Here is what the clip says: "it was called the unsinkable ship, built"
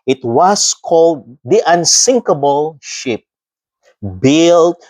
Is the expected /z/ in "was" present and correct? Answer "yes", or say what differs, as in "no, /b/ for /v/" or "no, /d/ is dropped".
no, /s/ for /z/